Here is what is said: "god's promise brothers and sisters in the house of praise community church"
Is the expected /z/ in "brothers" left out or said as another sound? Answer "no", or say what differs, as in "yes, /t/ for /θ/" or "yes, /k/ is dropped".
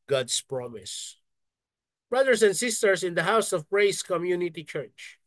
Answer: yes, /s/ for /z/